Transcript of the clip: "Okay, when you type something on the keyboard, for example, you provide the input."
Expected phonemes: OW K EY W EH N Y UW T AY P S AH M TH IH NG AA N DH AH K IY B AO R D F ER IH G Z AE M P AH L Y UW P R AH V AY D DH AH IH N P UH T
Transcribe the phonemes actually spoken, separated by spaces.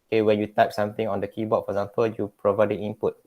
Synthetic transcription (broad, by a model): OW K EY W EH N Y UW T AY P S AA M T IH NG AA N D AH K IY B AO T F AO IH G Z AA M P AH L Y UW P R AH V AY D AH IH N P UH T